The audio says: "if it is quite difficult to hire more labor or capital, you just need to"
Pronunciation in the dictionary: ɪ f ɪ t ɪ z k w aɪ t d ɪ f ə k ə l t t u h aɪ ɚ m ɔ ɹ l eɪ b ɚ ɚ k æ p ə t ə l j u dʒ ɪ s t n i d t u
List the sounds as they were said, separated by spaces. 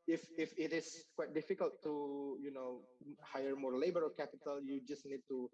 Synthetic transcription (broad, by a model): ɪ f ɪ t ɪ s k w aɪ t d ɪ f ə k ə l t t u h aɪ ɚ m ɔ ɹ l eɪ b ɚ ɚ k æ p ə t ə l j u dʒ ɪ s n i d t u